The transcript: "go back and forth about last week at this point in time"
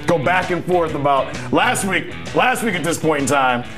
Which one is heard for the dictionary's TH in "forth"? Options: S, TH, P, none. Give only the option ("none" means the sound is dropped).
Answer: TH